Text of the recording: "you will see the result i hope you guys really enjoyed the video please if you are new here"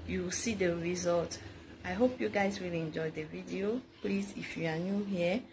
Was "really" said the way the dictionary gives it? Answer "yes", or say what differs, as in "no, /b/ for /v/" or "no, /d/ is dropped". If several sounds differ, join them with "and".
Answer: no, /w/ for /ɹ/